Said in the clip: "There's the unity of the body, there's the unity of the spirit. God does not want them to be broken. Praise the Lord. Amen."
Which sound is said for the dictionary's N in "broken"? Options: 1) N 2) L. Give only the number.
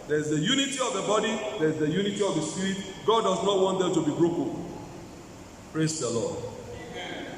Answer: 2